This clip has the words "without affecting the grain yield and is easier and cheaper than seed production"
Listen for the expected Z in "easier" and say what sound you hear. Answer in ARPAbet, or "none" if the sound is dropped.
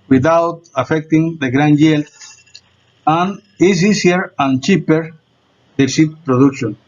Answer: S